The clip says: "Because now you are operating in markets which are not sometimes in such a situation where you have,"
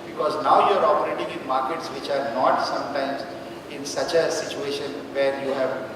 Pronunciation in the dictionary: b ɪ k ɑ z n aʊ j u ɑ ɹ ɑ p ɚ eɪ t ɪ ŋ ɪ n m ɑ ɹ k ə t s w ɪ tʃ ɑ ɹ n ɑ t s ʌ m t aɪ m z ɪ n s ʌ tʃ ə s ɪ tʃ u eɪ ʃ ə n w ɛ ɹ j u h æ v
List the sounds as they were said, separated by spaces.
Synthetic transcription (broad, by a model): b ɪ k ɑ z n aʊ j u ɑ ɹ ɑ p ɚ eɪ t ɪ ŋ ɪ n m ɑ ɹ k ə t s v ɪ tʃ ɑ ɹ n ɑ t s ʌ m t aɪ m z ɪ n s ʌ tʃ ə s ɪ tʃ u eɪ ʃ ə n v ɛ ɹ j u h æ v